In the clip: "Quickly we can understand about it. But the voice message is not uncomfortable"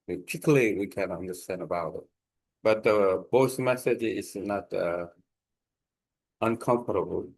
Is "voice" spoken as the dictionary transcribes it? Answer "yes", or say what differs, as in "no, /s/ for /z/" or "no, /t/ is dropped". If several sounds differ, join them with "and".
no, /b/ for /v/